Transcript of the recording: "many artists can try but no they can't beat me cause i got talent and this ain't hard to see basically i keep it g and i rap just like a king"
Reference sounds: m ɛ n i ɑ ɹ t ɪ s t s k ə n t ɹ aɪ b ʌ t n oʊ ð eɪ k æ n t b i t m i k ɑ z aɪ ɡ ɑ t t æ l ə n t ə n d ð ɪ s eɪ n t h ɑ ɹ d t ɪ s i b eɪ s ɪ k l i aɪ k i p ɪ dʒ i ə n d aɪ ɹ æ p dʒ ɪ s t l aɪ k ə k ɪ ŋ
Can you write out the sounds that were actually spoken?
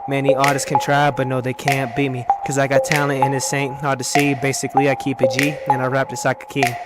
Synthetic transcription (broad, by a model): m ɛ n i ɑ ɹ t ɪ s s k ə n t ɹ aɪ b ʌ t n oʊ ð eɪ k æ n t b i t m i k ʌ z aɪ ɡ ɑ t t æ ə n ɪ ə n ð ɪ s eɪ n t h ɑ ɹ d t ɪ s i b eɪ s ɪ k l i aɪ k i p ɪ dʒ i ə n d aɪ ɹ æ p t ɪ s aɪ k ə k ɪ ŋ